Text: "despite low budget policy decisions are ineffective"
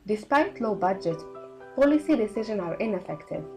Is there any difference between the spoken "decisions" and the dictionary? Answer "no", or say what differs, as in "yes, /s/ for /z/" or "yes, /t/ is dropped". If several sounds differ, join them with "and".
yes, /z/ is dropped